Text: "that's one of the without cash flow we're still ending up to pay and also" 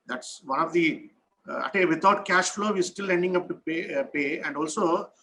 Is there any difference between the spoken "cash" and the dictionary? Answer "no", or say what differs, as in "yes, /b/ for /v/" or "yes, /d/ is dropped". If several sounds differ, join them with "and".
no